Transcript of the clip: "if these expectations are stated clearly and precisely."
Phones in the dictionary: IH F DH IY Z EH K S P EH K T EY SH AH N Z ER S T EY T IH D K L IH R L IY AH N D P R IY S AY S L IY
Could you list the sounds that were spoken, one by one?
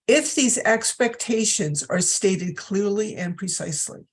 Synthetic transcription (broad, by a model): IH F DH IY Z EH K S P EH K T EY SH AH N Z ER S T EY T IH D K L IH R L IY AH N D P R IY S AY S L IY